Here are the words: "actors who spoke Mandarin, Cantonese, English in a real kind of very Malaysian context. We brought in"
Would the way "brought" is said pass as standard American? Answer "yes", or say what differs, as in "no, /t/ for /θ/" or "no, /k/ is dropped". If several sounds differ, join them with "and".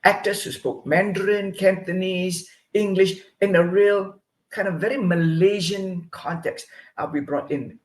yes